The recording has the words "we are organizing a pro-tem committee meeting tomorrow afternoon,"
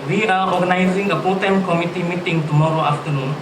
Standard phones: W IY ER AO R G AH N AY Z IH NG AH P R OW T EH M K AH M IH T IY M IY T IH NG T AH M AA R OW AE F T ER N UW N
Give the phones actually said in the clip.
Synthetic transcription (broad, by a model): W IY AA AO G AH N AY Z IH NG AH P OW T EH M K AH M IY T IY M IY T IH NG T AH M AA R OW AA F T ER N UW N